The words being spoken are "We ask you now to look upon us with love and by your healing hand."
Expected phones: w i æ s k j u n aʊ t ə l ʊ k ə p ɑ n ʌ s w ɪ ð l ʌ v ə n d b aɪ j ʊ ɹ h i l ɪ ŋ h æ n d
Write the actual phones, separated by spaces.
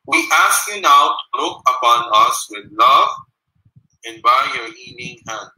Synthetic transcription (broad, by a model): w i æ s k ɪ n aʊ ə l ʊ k ə p ɑ n ʌ s w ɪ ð l ʌ v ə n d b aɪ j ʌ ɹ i n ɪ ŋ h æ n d